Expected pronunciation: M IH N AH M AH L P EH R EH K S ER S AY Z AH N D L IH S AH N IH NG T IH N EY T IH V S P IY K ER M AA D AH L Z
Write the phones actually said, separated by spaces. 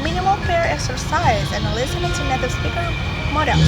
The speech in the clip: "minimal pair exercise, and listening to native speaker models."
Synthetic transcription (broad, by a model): M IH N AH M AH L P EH R EH K S ER S AY Z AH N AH L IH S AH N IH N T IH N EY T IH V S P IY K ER M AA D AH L